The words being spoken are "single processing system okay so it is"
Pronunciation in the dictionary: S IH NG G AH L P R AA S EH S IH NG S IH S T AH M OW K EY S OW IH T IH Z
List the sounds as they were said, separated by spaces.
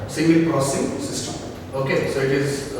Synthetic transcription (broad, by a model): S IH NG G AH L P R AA S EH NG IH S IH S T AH OW K EY S OW IH T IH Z